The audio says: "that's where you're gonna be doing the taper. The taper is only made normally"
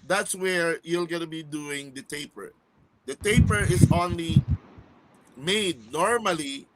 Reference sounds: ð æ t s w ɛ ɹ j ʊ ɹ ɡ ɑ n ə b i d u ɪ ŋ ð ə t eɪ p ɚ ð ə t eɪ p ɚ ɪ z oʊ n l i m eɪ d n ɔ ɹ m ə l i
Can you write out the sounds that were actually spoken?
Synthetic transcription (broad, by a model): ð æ t s w ɛ ɹ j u l ɡ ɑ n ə b i d u ɪ ŋ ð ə t eɪ p ɚ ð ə t eɪ p ɚ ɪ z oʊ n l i m eɪ d n ɔ ɹ m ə l i